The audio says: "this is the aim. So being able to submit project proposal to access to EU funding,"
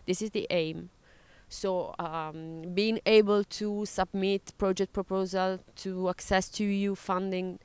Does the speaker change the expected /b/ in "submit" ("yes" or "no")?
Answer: no